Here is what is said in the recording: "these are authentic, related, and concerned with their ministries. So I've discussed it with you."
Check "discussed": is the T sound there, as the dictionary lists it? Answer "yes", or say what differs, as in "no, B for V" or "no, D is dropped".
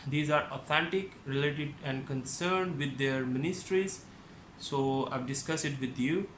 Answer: no, T is dropped